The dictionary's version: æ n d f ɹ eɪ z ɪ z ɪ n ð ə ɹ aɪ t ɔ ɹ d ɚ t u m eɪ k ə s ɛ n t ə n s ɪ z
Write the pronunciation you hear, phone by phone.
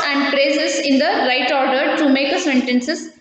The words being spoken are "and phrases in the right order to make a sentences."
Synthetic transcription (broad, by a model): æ n d p ɹ eɪ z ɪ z ɪ n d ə ɹ aɪ t ɔ ɹ d ɚ t u m eɪ k ə s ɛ n t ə n s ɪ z